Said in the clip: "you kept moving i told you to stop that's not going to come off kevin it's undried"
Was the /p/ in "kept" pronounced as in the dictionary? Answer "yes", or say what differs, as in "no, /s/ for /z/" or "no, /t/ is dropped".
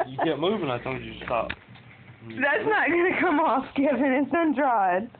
no, /p/ is dropped